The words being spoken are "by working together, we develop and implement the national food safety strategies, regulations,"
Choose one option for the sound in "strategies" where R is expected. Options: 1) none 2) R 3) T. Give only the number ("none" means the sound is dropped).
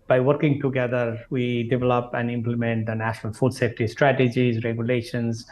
2